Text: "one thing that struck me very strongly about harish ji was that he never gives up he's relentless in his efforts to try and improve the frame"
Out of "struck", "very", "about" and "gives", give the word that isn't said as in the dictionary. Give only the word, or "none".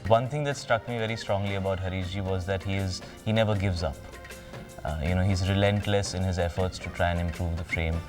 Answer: none